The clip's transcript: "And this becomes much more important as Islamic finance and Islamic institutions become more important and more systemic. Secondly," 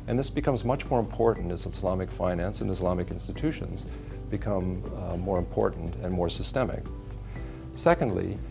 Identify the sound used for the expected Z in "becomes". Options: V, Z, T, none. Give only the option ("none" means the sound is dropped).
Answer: Z